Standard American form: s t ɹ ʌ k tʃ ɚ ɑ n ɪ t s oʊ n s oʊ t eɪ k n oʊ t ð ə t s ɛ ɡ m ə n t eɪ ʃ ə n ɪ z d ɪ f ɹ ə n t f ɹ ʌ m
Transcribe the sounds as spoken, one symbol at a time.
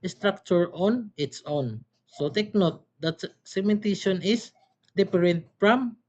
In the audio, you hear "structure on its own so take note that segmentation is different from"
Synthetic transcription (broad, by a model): s t ɹ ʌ k tʃ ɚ ɑ n ɪ t s oʊ n s oʊ t eɪ k n oʊ t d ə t s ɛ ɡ m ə n t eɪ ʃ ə n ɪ s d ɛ p ɹ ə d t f ɹ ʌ m